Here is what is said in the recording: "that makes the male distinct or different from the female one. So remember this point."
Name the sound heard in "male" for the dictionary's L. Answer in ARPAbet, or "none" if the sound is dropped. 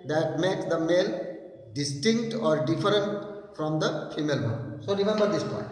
L